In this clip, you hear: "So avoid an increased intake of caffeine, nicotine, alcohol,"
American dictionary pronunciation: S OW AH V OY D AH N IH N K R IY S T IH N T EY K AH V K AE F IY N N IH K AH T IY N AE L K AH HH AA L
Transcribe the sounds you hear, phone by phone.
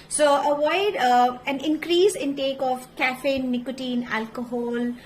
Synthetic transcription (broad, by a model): S OW AH V OY D AH N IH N K R IY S IH N T EY K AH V K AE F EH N N IH K AH T IY N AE L K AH HH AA L